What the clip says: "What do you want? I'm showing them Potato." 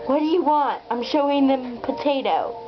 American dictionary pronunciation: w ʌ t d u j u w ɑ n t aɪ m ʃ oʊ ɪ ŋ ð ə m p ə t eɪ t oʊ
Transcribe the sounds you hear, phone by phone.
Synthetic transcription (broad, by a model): w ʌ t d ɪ j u w ɑ n t aɪ m ʃ oʊ ɪ ŋ ð ə m p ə t eɪ t oʊ